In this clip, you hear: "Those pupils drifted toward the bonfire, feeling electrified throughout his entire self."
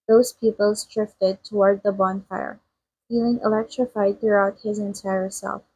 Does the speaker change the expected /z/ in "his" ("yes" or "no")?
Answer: no